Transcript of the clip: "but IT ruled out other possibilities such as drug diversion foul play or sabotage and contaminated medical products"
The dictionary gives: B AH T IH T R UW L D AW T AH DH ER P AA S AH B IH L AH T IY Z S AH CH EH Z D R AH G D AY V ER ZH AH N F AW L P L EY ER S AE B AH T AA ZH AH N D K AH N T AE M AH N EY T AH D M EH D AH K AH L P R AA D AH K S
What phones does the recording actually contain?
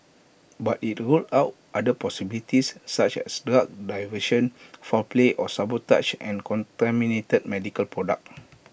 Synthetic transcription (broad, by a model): B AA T IH T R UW L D AW T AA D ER P AA S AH B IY L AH T IY S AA CH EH S D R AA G D AY V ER SH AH N F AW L P L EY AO S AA B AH T AA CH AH N K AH N T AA M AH N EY T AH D M EH D AH K AH L P R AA D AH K